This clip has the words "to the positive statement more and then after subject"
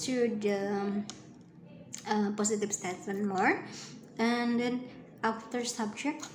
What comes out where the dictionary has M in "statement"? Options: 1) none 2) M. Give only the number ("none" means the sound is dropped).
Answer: 1